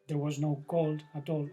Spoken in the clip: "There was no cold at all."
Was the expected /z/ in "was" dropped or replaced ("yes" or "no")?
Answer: no